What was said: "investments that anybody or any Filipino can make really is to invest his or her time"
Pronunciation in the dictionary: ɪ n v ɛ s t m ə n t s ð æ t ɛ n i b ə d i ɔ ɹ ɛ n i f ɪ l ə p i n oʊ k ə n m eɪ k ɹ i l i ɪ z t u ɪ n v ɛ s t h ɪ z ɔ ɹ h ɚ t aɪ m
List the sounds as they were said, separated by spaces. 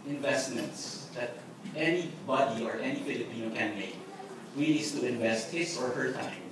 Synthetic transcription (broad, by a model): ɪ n v ɛ s t m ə n t s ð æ t ɛ n i b ə d i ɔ ɹ ɛ n i f ɪ l ə p i n oʊ k ə n m eɪ k w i n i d s t u ɪ n v ɛ s t h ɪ s ɔ ɹ h ɚ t aɪ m